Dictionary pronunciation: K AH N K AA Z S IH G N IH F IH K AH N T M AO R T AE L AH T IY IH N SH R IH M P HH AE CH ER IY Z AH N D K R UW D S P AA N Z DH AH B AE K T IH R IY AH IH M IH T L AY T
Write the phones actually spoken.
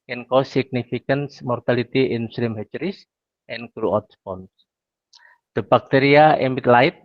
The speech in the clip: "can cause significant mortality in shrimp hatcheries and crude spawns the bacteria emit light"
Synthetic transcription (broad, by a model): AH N K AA S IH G N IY F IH K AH N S M AO R T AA L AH T IY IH N S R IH M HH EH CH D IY S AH N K R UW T S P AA N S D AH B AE K T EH R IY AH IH M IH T L AY T